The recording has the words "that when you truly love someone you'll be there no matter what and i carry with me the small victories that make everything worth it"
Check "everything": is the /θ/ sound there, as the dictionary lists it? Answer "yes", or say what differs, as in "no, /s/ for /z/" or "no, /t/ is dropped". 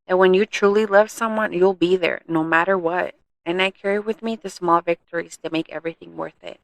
yes